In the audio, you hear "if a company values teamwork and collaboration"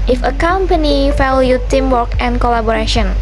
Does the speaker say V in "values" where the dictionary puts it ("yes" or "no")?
no